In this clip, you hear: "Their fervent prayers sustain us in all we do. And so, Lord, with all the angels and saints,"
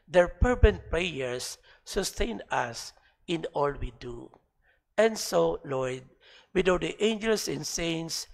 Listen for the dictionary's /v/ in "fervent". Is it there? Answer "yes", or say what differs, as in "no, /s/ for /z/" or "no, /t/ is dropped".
no, /b/ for /v/